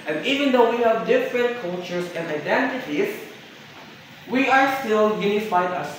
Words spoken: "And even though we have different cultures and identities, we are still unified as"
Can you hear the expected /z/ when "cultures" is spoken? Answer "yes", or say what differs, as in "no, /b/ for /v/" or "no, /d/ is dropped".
no, /s/ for /z/